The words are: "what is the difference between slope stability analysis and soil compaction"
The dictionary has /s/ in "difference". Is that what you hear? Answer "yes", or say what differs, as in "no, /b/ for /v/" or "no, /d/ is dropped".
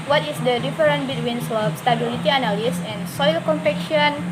no, /s/ is dropped